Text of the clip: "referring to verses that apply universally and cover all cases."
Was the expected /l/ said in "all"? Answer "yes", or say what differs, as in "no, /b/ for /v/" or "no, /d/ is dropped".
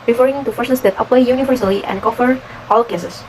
yes